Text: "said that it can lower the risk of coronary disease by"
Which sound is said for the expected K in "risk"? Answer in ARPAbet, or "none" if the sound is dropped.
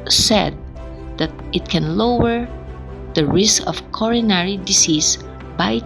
K